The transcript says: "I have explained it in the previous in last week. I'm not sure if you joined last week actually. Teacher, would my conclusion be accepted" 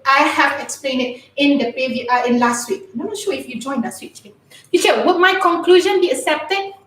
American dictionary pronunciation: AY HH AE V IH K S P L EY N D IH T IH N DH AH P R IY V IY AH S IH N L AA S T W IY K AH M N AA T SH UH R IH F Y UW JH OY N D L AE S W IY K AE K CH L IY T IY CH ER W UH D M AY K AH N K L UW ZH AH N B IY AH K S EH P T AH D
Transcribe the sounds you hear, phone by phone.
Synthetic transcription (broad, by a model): AY HH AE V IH K S P L EY N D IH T IH N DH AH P IY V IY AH IH N L AA S T W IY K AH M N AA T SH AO IH F Y UW JH OY N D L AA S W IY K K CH IY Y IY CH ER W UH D M AY K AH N K L UW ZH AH N B IY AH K S EH P T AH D